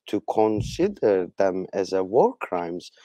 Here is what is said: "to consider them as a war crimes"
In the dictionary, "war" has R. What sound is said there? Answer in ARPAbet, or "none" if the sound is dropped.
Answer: R